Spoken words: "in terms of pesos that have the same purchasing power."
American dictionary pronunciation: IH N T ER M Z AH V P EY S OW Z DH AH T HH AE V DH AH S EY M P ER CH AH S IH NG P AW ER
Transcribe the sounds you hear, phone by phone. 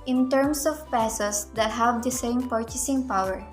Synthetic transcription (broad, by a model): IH N T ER M S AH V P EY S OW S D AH T HH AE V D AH S EY M P ER CH AH S IH NG P AW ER